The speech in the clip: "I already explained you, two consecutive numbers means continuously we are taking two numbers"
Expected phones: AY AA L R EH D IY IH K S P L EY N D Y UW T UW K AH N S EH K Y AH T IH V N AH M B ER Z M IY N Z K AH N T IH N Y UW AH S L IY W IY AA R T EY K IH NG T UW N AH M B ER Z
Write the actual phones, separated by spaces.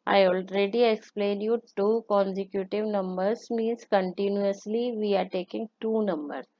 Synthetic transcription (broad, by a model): AY AA L R EH D IY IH K S P L EY N Y UW T UW K AH N S EH K Y AH T IH V N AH M B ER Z M IY N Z K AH N T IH N Y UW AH S L IY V IY AA R T EY K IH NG T UW N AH M B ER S